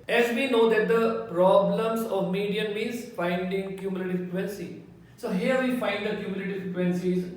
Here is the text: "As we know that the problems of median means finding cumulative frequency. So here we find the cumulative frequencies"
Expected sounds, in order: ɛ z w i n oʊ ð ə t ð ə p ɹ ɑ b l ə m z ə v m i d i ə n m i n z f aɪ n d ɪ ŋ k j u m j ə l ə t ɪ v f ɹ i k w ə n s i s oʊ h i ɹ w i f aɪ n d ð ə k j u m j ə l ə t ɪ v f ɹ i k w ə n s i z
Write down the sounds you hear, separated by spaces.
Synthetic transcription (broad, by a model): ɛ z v i n oʊ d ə t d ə p ɹ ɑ b l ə m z ə v m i d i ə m i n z f aɪ n d ɪ ŋ k j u m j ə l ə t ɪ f i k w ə n s i s oʊ h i ɹ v i f aɪ n d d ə k j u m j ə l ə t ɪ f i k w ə n s i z